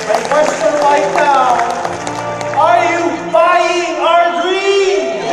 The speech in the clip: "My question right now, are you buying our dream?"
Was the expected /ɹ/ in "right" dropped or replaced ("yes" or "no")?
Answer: yes